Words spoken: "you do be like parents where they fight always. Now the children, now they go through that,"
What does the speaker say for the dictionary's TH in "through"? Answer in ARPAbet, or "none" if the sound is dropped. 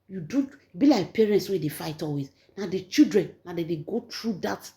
T